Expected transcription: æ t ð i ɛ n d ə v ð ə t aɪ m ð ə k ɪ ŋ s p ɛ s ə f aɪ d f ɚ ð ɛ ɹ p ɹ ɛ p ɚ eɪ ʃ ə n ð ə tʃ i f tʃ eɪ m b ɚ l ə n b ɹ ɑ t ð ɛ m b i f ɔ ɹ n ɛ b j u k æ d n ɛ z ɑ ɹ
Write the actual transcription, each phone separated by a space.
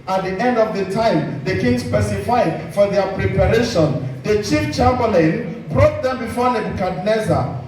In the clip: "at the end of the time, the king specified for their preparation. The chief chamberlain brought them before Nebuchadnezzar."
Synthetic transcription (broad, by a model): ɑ t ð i ɛ n d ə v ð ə t aɪ m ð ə k ɪ ŋ s p ɛ s ə f aɪ d f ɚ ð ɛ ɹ p ɹ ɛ p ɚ eɪ ʃ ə n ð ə tʃ i f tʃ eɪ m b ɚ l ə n b ɹ ɑ t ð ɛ m b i f ɔ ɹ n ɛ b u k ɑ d n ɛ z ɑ